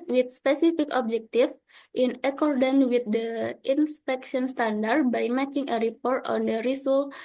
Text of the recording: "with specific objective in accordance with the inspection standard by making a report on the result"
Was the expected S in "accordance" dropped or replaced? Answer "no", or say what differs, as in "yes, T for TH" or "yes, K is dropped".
yes, S is dropped